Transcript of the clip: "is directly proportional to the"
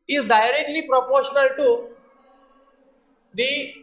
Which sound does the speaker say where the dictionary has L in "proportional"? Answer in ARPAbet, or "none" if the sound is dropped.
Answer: L